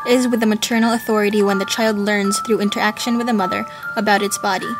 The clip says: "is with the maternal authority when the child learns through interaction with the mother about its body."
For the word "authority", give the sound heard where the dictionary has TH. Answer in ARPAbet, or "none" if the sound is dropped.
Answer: TH